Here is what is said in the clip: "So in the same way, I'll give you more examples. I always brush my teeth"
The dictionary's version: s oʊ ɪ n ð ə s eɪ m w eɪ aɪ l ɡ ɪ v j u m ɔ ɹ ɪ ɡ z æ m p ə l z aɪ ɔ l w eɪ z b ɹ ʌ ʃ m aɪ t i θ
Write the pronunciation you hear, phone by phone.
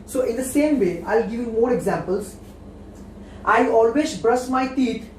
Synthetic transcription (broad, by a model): s oʊ ɪ n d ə s eɪ m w eɪ aɪ l ɡ ɪ v j u m ɔ ɹ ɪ ɡ z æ m p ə l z aɪ ɔ l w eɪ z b ɹ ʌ s m aɪ t i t